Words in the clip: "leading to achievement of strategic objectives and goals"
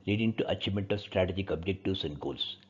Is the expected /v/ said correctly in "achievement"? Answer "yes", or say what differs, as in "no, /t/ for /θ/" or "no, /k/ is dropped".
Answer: no, /v/ is dropped